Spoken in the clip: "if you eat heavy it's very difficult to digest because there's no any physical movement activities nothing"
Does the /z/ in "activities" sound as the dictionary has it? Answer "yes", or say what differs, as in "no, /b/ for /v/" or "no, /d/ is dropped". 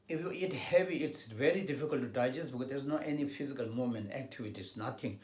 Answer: no, /s/ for /z/